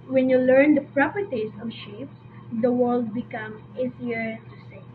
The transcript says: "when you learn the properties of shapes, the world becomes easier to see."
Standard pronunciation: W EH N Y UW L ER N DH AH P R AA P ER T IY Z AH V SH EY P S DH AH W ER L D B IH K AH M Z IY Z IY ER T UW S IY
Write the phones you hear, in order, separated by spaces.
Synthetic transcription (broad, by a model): W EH N Y UW L ER N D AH P R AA P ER T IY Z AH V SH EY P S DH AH W ER L D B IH K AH M IY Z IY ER T UW S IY